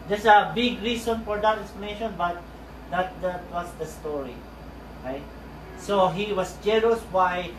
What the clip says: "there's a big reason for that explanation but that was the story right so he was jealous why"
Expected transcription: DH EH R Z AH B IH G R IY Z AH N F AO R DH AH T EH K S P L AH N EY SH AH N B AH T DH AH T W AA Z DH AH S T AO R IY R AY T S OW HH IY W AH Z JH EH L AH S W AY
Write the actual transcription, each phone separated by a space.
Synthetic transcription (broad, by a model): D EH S AH B IH G R IY S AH N F AO R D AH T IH S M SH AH N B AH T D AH T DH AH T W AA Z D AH S T AO R IY R AY T S OW HH IY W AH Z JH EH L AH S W AY